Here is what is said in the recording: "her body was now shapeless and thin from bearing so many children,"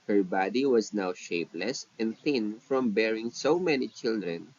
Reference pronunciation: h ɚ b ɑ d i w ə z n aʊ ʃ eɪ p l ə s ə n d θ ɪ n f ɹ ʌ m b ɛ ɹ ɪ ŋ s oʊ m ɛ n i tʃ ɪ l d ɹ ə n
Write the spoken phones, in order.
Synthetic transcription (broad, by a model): h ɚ b ɑ d i w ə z n aʊ ʃ eɪ p l ə s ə n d θ ɪ n f ɹ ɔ m b ɛ ɹ ɪ ŋ s oʊ m ɛ n i tʃ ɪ l d ɹ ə n